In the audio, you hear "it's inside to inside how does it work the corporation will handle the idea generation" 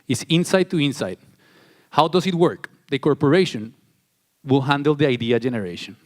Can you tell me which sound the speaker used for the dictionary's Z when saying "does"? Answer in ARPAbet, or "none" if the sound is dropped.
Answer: S